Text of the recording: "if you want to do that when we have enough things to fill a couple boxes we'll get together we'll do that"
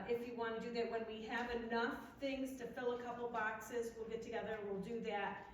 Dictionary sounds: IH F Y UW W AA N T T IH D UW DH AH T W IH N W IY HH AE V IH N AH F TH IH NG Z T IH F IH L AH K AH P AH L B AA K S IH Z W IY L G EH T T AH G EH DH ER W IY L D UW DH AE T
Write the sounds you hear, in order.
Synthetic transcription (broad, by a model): IH F Y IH W AA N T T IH D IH DH AH T W IH N W IY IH V IH N AH F TH IH NG Z T IH F IH L AH K AH P L B AA K S IH Z W IY L G EH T T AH G EH DH ER W IY L D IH DH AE T